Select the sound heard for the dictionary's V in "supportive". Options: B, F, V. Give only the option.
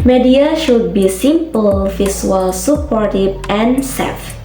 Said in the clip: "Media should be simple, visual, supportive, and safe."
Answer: B